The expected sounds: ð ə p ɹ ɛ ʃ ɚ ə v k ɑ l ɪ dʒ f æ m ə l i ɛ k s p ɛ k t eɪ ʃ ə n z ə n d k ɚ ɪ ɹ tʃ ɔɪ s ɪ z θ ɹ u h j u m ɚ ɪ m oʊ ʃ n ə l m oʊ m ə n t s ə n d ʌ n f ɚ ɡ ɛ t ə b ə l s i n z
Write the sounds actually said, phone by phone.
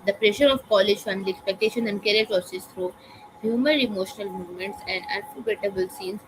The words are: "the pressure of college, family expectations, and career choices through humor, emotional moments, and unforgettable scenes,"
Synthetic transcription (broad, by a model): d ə p ɹ ɛ ʃ ɚ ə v k ɑ l ɪ dʒ f æ m ə l i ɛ k s p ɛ k t eɪ ʃ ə n ə n d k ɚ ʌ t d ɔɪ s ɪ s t ɹ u h j u m ɚ ɪ m oʊ ʃ n ə l m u m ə n t s ə n d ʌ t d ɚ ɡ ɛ t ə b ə l s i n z